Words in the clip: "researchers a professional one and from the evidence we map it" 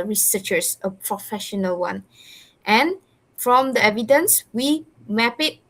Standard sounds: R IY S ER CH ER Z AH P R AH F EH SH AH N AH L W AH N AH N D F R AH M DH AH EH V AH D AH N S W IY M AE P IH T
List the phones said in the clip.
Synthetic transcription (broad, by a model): R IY S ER CH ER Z AH P R AH F EH SH AH N AH L W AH N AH N F R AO M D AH EH V AH D AH N S W IY M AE P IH T